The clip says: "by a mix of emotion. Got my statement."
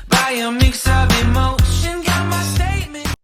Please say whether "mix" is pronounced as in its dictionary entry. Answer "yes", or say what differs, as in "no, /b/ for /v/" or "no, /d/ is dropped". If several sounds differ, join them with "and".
yes